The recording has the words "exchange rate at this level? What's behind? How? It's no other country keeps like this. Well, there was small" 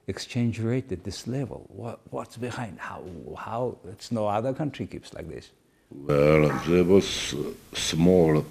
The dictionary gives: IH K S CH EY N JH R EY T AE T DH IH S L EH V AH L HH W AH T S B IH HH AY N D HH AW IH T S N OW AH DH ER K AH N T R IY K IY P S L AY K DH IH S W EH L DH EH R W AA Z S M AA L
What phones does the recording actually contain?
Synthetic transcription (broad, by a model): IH K S CH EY N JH R EY T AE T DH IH S L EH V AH L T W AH T S B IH HH AY N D HH AW IH T S N OW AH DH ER K AH N T R IY K IY P S L AY K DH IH S W EH L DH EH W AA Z S M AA L